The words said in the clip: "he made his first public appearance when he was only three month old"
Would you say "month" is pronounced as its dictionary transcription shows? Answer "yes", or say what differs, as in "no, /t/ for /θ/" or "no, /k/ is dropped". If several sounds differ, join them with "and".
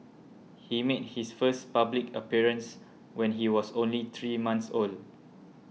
no, /s/ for /θ/